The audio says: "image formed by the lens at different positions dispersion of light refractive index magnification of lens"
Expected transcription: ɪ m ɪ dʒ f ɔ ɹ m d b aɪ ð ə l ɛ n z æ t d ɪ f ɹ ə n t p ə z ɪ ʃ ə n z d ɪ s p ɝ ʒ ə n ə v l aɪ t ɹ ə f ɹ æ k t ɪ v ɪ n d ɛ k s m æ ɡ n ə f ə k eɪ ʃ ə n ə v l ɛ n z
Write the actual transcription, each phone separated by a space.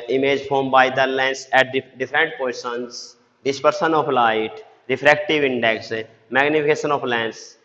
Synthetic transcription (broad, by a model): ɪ m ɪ dʒ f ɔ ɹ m b aɪ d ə l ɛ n s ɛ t d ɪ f ɹ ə n t p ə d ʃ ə n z d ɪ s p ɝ s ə n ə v l aɪ t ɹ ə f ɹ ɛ k t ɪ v ɪ n d ɛ k s m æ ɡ n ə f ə k eɪ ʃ ə n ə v l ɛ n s